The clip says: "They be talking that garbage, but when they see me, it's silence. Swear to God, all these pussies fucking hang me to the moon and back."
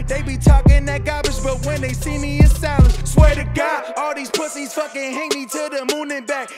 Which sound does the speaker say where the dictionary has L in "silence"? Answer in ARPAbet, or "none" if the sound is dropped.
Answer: none